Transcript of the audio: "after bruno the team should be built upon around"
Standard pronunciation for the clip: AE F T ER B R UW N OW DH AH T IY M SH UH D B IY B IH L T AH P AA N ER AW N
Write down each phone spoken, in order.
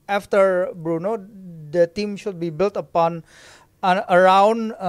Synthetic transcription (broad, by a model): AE F T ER B R UW N OW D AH T IY M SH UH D B IY B IH L T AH P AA N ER AW N